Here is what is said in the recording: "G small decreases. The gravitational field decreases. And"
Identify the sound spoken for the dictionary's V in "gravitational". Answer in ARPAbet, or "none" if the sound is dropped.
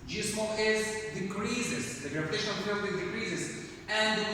P